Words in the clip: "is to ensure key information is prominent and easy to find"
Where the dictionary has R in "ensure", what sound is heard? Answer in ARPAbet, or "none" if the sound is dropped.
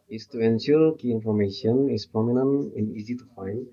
L